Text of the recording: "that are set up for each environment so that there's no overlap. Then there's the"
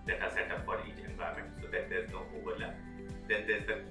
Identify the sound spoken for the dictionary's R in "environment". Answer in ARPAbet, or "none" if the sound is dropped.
none